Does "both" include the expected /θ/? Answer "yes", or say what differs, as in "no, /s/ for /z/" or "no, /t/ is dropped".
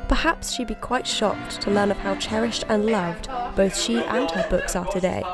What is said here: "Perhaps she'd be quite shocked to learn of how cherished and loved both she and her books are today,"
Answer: yes